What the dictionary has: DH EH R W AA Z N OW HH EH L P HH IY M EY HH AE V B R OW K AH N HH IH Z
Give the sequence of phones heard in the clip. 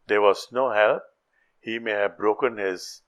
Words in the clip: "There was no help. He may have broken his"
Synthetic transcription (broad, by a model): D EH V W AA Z N OW HH EH L P HH IY M EY HH AE V B R OW K AH N HH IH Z